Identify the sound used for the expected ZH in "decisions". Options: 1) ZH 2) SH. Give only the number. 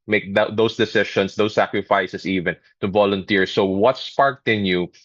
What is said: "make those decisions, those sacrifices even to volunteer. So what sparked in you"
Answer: 2